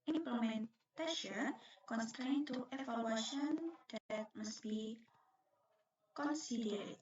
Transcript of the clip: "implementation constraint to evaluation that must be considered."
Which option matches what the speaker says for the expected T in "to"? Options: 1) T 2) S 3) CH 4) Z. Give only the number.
1